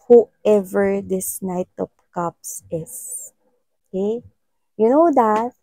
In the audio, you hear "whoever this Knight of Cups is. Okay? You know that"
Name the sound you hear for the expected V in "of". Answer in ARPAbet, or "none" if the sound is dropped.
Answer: P